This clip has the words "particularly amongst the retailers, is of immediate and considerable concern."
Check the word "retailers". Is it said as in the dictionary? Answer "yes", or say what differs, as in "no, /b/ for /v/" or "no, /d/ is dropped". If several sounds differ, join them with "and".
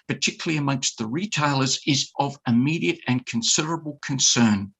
yes